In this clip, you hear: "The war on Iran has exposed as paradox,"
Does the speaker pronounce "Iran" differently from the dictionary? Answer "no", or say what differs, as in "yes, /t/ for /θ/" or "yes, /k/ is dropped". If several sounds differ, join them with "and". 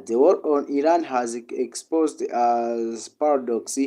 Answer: no